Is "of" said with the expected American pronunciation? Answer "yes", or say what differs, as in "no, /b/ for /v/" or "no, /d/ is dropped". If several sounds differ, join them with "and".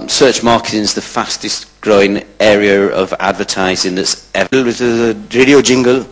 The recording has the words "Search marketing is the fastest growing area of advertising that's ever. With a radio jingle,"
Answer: yes